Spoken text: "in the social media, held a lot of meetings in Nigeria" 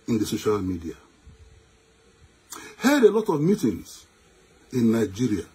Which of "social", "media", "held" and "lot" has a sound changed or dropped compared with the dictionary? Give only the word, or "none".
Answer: held